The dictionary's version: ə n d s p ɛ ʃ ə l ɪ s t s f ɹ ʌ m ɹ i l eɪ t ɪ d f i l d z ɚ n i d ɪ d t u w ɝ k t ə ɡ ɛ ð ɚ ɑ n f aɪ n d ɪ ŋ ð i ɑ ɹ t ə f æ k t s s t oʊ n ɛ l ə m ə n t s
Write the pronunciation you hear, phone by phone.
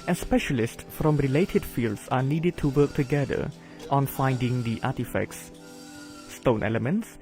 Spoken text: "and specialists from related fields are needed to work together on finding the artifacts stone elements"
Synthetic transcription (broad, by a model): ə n s p ɛ ʃ ə l ɪ s t s f ɹ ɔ m ɹ i l eɪ t ɪ d f i l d s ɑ n i d ɪ d t u w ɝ k t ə ɡ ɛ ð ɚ ɑ n f aɪ n d ɪ ŋ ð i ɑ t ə f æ k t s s t oʊ n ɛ l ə m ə n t s